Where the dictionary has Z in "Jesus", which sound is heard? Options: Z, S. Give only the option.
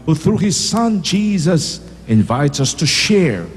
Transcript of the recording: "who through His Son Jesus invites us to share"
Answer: Z